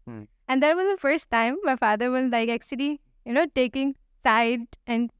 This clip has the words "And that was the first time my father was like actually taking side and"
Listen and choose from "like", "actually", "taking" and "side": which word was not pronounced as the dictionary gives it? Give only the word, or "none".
actually